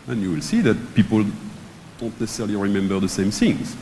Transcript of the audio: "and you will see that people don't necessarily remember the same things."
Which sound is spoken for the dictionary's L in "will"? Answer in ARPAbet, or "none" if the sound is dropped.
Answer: L